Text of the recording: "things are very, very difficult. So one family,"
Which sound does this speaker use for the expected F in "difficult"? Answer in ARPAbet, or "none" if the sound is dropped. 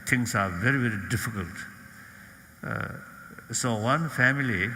F